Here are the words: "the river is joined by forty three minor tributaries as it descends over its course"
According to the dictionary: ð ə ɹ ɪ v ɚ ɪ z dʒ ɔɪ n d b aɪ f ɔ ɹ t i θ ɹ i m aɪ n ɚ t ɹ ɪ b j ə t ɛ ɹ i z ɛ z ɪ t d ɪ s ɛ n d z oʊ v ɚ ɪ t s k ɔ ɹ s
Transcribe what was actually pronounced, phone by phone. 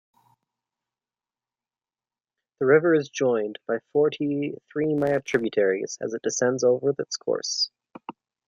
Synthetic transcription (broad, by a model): ð ə ɹ ɪ v ɚ ɪ z dʒ ɔɪ n b aɪ f ɔ ɹ t i θ ɹ i m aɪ ɚ t ɹ ɪ b j ə t ɛ ɹ i z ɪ z ɪ t d ɪ s ɛ n d z oʊ v ɚ ɪ t s k ɔ ɹ s